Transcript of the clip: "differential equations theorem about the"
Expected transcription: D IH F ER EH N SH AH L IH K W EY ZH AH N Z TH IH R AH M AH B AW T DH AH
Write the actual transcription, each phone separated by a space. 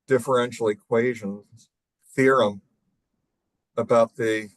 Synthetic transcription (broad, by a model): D IH F ER EH N SH L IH K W EY ZH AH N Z TH IH R AH M AH B AW T DH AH